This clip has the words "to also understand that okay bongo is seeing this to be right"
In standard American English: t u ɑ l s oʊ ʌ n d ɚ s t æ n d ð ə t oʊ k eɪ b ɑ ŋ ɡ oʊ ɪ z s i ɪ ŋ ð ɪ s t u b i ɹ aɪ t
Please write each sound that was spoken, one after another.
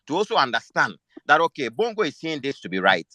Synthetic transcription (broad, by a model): t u ɑ l s oʊ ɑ n d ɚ s t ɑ n d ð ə t oʊ k eɪ b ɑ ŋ ɡ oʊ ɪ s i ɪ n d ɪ s t u b i ɹ aɪ t